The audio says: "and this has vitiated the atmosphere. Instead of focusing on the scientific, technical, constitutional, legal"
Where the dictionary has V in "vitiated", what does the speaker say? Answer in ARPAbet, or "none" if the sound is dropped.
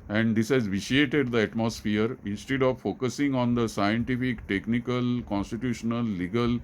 V